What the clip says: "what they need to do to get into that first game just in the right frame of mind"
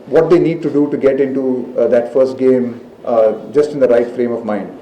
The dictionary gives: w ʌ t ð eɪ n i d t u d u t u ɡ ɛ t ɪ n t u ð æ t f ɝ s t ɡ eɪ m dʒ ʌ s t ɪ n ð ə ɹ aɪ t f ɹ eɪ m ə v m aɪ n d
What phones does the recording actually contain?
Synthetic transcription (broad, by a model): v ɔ t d eɪ n i d t u d u t u ɡ ɛ t ɪ n t u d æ t f ɝ s t ɡ eɪ m dʒ ʌ s t ɪ n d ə ɹ aɪ t f ɹ eɪ m ə v m aɪ n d